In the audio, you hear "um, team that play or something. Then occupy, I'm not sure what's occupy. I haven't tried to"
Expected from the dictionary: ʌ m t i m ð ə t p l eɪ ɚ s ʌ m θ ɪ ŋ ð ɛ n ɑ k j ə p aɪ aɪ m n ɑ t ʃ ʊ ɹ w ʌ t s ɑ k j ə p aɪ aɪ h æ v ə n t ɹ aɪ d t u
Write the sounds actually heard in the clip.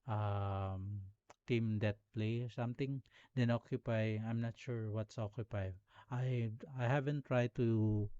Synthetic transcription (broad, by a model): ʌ m t i m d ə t p l eɪ s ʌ m t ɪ ŋ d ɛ n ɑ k j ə p aɪ aɪ m n ɑ t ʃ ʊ ɹ w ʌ t s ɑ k j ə p aɪ aɪ h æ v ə n t ɹ aɪ d t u